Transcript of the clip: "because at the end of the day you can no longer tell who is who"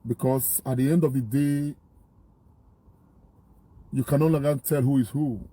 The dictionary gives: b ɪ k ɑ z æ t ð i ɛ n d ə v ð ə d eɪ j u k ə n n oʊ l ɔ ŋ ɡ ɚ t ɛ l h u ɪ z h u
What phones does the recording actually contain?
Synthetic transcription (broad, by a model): b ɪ k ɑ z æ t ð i ɛ n d ə v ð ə d eɪ j u k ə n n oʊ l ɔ ɡ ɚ t ɛ l h u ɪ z h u